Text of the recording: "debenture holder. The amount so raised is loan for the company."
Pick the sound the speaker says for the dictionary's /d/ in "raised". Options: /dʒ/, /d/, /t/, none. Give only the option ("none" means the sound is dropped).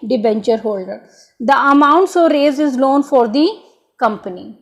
none